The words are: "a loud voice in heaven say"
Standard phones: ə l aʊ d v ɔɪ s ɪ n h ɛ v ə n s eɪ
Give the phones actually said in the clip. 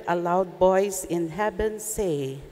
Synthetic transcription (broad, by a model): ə l aʊ d b ɔɪ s ɪ n h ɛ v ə n s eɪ